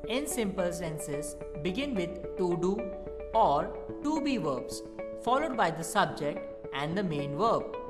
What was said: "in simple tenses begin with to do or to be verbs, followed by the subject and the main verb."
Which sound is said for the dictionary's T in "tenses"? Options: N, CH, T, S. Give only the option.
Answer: S